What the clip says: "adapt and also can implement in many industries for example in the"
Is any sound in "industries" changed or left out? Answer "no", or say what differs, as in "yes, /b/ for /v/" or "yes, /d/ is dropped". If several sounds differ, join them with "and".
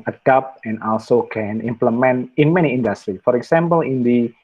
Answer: yes, /z/ is dropped